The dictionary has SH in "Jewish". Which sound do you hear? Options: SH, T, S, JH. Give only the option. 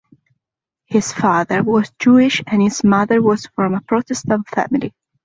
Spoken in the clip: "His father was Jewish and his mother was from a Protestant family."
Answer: SH